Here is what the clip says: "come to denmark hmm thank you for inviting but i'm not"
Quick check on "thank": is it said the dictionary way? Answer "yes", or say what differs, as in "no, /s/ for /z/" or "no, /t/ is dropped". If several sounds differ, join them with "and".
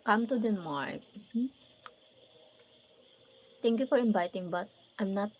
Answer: no, /t/ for /θ/